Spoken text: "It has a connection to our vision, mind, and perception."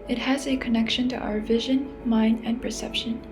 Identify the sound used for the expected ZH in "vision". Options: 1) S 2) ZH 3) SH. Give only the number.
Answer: 2